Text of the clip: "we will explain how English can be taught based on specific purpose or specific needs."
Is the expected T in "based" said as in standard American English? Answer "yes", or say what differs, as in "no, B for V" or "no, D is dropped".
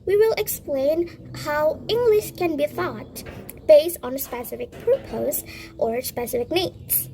yes